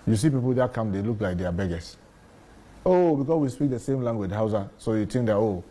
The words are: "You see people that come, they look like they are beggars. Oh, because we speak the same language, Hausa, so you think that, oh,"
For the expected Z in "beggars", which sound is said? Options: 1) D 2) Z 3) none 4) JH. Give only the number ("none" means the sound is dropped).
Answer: 3